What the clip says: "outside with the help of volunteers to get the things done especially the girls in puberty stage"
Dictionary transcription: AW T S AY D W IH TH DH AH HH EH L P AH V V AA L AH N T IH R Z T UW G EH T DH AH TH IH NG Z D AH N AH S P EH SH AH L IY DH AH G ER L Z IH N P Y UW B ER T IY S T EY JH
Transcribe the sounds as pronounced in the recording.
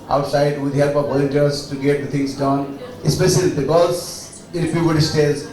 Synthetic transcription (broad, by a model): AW T S AY D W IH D HH EH L P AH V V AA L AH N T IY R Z T UW G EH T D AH T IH NG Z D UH N AH S P EH SH AH L IY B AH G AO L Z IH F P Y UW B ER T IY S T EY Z